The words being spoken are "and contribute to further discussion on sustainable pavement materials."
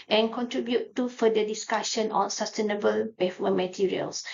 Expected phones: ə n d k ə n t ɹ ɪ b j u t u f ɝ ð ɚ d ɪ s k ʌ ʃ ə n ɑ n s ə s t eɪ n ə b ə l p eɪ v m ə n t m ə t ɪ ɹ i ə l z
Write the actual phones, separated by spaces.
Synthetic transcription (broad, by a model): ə n k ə n t ɹ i b j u t u f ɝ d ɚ d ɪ s k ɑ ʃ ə n ɑ n s ə s t eɪ n ə b ə l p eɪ f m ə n m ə t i ɹ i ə l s